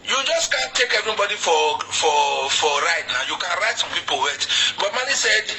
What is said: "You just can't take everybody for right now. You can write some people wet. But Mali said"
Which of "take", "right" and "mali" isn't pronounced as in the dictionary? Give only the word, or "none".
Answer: mali